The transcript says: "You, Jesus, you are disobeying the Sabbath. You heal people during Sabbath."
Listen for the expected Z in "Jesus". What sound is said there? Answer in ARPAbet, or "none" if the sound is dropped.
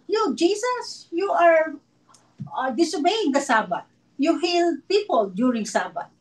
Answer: S